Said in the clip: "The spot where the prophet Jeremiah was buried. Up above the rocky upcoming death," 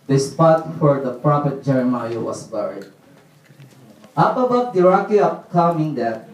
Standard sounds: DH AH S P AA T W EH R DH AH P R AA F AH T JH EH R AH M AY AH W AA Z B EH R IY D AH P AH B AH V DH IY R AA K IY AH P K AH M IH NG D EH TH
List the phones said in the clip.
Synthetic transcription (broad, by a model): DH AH S P AA T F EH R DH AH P R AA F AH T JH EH R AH M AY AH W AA S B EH R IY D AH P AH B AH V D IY R AA K IY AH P K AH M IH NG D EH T